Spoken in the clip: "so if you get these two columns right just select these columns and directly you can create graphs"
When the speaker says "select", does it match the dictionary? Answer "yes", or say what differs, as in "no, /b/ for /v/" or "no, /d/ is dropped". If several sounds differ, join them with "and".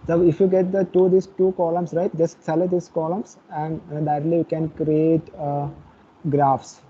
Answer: no, /k/ is dropped